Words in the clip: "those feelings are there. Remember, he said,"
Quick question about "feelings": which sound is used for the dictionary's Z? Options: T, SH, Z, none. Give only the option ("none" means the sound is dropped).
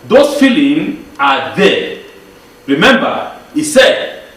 none